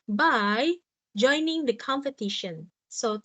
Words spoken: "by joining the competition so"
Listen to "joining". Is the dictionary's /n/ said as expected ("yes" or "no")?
yes